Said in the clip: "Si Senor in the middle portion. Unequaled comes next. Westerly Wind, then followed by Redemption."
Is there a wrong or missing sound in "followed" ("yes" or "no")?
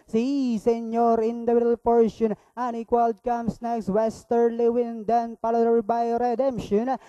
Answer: yes